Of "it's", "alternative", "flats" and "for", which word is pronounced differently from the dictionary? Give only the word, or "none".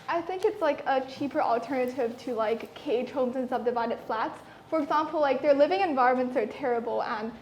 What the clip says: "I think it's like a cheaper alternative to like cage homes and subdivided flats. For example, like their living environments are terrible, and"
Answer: none